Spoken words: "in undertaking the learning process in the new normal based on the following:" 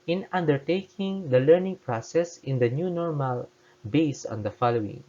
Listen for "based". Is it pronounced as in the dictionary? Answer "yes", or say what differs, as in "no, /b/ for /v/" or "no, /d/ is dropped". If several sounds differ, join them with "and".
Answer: no, /t/ is dropped